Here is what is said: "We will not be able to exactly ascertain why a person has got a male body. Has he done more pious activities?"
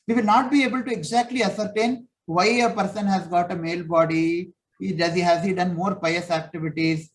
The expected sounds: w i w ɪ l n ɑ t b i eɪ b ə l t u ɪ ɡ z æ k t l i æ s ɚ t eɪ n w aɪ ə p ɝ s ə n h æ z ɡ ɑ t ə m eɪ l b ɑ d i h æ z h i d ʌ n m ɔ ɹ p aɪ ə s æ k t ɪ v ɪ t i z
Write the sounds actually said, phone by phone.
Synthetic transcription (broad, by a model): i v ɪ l n ɑ t b i eɪ b ə l t u ɪ ɡ z æ k t l i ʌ s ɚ t eɪ n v aɪ ə p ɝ s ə n h æ z ɡ ɑ t ə m eɪ l b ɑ d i h æ z h i d ʌ n m ɔ ɹ p aɪ ə s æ k t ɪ v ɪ t i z